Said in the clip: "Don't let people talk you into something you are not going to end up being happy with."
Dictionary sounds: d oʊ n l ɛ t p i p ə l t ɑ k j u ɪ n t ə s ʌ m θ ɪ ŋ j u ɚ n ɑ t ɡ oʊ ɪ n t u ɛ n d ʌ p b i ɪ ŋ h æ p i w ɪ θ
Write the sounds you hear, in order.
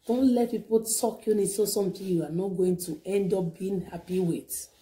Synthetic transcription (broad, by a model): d oʊ n l ɛ t p i p ə l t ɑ k j u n s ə s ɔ m t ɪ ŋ j u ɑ n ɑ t ɡ oʊ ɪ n t u ɛ n d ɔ p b i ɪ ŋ h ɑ p i w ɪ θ